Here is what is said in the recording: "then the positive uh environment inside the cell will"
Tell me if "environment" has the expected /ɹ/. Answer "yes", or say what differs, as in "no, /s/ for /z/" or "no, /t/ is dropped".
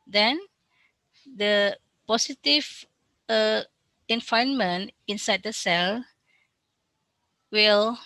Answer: no, /ɹ/ is dropped